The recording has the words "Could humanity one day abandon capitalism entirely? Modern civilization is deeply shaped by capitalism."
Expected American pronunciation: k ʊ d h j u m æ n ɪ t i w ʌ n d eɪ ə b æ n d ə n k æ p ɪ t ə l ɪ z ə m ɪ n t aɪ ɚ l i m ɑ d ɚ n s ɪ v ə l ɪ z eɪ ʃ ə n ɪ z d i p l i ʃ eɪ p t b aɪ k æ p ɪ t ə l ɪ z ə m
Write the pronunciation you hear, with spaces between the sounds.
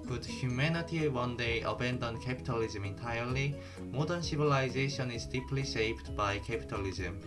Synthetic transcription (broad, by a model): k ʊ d h j u m æ n ɪ t i w ʌ n d eɪ ə b æ n d ə n k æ p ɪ t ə l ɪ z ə m ɪ n t aɪ ɚ l i m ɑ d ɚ n s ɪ v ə l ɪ z eɪ ʃ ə n ɪ z d i p l i s eɪ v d b aɪ k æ p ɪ t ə l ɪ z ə m